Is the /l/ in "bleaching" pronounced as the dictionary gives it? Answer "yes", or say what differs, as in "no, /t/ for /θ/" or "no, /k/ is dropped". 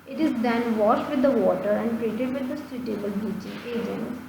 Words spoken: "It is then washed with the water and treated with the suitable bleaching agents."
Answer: no, /l/ is dropped